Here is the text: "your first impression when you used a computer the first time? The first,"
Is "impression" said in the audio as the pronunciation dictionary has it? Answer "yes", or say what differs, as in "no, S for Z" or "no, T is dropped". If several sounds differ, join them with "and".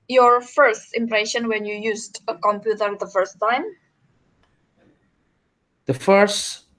yes